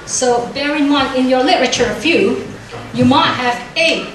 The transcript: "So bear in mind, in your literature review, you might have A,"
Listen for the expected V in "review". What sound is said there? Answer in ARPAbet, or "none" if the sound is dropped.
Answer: F